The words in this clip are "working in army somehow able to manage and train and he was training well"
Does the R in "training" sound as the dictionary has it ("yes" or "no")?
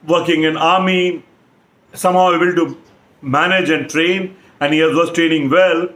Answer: yes